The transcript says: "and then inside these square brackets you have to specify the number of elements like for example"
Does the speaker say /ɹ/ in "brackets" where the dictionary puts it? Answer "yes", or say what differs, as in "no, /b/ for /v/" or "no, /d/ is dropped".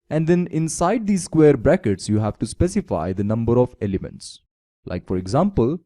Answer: yes